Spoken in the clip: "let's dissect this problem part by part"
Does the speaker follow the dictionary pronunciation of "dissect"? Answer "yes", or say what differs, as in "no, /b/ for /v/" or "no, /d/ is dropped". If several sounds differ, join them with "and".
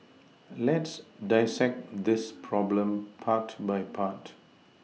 yes